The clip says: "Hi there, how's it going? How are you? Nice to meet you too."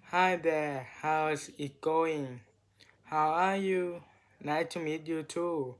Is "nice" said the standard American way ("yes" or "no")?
no